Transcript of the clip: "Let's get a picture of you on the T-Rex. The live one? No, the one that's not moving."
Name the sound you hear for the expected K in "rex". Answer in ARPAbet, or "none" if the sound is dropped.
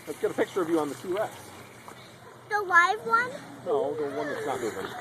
none